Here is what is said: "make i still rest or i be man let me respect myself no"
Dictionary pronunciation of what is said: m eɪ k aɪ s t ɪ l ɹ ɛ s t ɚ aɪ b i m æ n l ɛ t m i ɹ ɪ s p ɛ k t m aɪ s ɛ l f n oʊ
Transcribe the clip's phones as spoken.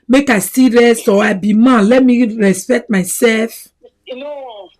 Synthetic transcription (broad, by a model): m eɪ k aɪ s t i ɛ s ɔ aɪ b i m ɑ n l ɛ t m i ɹ ɪ s p ɛ k t m aɪ s ɛ l f